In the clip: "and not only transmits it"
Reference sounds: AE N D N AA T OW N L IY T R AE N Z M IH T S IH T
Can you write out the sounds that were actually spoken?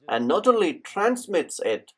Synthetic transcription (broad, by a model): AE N N AA T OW L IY T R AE N S M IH T S IH T